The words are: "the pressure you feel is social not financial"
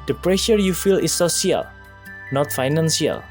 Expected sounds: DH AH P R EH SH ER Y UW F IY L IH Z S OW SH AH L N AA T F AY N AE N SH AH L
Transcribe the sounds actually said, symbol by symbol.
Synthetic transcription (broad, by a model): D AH P R EH SH ER Y UW F IY L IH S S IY AH L N AA T F AY N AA N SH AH L